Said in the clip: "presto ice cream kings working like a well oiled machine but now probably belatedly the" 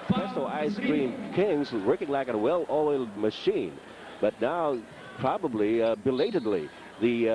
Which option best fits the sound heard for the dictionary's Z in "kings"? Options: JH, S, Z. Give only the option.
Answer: Z